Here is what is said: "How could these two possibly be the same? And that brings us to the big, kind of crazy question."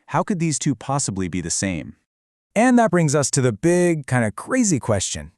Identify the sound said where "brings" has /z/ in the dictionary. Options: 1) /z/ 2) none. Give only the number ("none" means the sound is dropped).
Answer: 1